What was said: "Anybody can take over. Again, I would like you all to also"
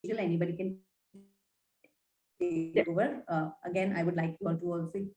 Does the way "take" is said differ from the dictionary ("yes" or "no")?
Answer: yes